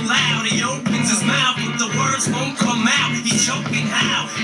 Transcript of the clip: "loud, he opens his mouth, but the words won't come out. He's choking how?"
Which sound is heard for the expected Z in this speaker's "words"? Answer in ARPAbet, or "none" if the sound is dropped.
Z